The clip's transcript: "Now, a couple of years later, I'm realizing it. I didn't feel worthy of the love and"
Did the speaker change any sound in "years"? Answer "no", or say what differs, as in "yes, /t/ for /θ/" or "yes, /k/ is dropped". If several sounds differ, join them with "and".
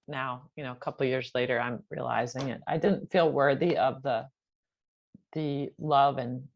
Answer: no